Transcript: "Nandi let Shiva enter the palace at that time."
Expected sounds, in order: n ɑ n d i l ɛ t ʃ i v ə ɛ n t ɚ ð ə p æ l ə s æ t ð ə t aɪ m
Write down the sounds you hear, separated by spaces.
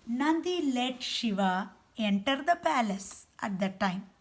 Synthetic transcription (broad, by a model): n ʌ n d i l ɛ t ʃ i v ə ɛ n t ɚ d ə p æ l ə s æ t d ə t aɪ m